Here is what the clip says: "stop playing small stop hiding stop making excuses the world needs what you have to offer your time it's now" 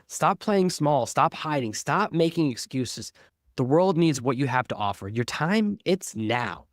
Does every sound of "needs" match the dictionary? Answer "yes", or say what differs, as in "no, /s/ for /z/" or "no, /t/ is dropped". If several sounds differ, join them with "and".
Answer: yes